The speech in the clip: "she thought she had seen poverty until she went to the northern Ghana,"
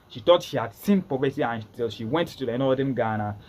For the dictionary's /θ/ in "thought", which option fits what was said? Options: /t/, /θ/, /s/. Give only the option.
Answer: /t/